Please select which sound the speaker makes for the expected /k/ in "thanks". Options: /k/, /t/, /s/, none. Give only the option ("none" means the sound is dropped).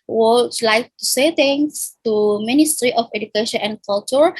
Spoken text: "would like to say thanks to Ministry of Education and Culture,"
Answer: none